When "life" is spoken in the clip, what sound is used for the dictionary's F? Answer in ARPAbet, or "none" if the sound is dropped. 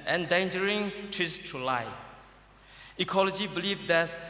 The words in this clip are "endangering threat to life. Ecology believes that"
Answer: none